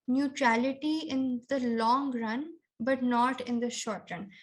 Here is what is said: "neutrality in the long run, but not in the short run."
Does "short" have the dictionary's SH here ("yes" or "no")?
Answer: yes